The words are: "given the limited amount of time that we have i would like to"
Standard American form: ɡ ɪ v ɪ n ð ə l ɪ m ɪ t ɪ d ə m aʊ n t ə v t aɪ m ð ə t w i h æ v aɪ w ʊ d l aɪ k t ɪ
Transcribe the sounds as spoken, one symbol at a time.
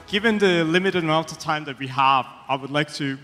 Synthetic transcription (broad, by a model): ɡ ɪ v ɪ n ð ə l ɪ m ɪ t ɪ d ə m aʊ l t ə t aɪ m ð ə t w i h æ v aɪ w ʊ d l aɪ k t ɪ